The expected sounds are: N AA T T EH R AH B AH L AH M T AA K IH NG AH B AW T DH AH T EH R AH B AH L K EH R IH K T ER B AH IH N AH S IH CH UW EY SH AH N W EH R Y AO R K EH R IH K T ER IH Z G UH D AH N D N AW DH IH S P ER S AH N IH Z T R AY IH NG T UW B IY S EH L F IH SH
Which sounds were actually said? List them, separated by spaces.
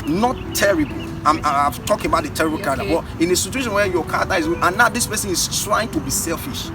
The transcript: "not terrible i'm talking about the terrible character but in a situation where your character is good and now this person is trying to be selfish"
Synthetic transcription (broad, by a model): N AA T T EH R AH B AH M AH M T AA K IH NG AH B AW T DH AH T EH R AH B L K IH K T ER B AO IH N AH S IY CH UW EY SH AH N W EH Y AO K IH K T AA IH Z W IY AH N N AW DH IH S P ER S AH N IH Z T R AY IH NG T UW B IY S EH L F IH SH